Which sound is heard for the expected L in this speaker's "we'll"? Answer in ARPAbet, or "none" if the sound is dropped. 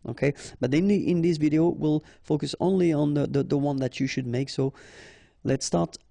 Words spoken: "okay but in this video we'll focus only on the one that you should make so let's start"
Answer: L